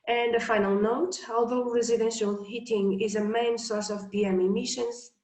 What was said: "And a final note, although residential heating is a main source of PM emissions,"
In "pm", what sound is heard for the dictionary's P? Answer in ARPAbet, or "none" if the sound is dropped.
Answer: B